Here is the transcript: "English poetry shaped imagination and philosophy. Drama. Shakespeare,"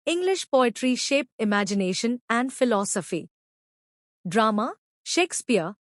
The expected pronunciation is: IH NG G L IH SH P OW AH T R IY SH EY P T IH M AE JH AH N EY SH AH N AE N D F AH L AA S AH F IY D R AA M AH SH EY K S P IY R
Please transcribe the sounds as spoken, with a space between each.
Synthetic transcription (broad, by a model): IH NG G L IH SH P OW AH T R IY SH EY P IH M AE JH AH N EY SH AH N AE N D F AH L AA S AH F IY D R AA M AH SH EY K S P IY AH